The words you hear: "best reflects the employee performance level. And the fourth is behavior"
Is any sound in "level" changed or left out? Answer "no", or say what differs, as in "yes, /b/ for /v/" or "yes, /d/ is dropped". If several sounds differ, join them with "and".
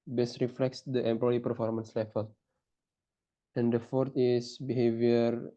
yes, /f/ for /v/